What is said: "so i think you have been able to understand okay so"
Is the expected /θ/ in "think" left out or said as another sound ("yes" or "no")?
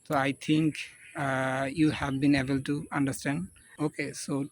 yes